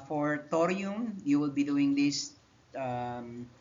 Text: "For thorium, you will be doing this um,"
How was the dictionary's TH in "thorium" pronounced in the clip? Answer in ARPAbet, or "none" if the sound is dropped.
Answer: T